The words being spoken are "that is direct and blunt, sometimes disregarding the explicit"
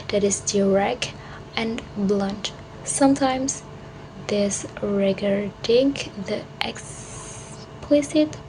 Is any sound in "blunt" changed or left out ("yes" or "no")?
no